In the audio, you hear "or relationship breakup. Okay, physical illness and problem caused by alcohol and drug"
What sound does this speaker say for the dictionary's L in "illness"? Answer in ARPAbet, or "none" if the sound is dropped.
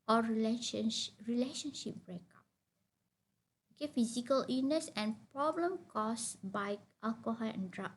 none